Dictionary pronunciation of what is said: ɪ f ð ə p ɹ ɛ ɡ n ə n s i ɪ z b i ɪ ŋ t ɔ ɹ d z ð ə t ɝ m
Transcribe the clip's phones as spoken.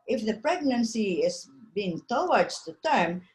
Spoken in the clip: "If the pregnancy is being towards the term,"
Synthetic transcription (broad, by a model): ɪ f ð ə p ɹ ɛ ɡ n ə n s i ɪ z b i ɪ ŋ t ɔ w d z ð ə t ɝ m